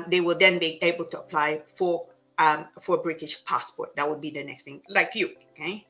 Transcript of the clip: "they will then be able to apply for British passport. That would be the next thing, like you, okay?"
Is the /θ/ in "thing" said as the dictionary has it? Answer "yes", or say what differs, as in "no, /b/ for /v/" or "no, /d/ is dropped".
no, /t/ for /θ/